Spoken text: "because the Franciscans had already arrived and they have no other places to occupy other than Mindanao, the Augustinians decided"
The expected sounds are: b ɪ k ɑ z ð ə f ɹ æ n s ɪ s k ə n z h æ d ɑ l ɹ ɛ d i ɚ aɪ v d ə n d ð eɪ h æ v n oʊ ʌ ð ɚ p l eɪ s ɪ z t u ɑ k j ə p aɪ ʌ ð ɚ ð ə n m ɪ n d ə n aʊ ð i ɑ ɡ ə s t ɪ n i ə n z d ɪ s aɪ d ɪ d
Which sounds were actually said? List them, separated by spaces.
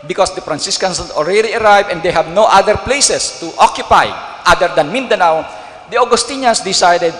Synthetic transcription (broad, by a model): b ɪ k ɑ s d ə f ɹ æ n s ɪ s k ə n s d ɑ l ɹ ɛ d i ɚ aɪ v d ə n d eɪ h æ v n oʊ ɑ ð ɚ p l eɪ s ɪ s t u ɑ k j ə p aɪ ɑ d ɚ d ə n m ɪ n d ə n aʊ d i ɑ ɡ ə s t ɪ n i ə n s d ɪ s aɪ d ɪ d